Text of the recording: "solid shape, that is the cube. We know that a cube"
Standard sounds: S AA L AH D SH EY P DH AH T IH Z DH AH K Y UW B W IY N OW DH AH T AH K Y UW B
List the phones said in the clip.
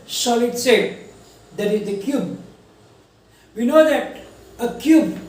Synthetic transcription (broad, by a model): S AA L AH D S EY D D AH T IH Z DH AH K Y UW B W IY N OW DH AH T AH K Y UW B